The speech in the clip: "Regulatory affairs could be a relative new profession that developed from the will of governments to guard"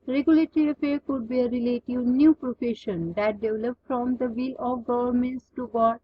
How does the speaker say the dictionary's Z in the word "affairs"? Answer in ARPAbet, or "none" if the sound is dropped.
none